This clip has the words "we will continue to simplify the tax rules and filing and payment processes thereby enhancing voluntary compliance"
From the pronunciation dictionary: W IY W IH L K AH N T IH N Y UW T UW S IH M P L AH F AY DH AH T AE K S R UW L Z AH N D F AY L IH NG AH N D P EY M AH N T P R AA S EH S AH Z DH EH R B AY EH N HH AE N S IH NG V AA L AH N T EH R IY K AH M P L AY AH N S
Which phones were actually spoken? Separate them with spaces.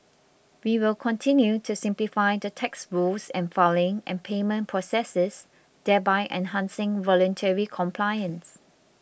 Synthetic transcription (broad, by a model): W IY W IH L K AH N T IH N Y UW T UW S IH M P L AH F AY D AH T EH K S R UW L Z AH N F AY L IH NG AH N P EY M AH N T P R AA S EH S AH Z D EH B AY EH N HH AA N S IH NG V AA L AH N T EH R IY K AH M P L AY AH N S